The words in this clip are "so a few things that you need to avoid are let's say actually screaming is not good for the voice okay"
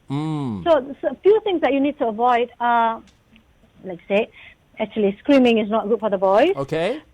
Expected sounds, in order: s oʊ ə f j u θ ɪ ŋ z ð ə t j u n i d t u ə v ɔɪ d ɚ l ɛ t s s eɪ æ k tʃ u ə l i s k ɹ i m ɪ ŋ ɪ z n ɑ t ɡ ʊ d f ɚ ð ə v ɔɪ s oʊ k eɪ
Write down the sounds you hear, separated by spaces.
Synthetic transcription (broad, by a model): s oʊ ə f j u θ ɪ ŋ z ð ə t j u n i d t u ə v ɔɪ d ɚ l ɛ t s s eɪ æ k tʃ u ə l i s k ɹ i m ɪ ŋ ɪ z n ɑ t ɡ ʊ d f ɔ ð ə b ɔɪ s oʊ k eɪ